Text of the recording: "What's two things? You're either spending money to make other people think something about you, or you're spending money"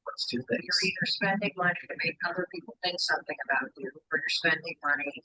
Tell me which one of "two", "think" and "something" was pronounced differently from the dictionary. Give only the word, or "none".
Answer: none